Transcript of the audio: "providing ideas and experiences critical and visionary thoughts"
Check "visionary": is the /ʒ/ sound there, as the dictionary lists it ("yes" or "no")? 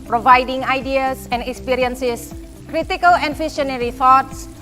no